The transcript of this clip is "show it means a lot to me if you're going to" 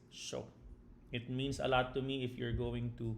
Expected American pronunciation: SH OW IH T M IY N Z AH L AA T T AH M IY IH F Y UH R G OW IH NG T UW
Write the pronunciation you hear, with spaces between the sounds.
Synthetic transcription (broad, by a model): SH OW IH T M IY N S AH L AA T T AH M IY IH F Y UH R G OW IH NG T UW